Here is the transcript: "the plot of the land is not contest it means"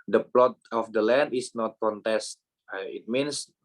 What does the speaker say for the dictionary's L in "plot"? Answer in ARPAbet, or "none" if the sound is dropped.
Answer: L